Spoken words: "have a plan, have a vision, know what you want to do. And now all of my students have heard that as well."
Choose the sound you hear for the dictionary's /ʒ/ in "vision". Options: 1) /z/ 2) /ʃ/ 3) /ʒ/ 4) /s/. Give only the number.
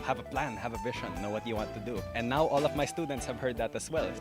2